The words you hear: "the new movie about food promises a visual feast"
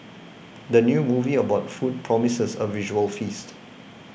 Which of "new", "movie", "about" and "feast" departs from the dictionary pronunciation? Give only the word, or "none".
none